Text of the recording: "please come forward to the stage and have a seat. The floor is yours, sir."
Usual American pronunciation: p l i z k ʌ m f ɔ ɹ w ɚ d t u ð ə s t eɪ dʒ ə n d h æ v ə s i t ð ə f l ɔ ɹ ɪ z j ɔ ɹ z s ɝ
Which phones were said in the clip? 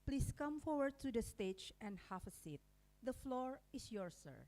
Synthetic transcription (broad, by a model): p l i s k ʌ m f ɔ ɹ w ɚ d t u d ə s t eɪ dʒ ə n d h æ f ə s i t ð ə f l ɔ ɹ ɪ s j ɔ ɹ s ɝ